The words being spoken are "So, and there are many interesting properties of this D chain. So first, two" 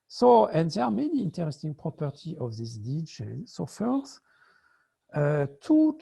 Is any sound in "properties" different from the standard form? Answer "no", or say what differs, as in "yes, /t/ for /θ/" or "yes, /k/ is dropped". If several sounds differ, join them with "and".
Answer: yes, /z/ is dropped